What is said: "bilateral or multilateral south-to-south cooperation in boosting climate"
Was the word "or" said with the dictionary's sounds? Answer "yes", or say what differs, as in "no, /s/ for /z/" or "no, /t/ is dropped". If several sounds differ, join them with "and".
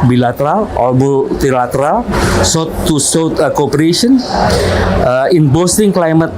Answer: no, /l/ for /ɹ/